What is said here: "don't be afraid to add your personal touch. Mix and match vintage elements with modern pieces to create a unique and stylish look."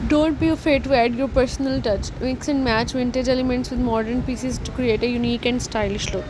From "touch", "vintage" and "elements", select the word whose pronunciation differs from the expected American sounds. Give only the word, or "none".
none